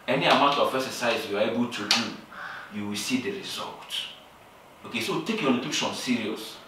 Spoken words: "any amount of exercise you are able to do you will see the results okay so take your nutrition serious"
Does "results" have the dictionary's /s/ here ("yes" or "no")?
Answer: no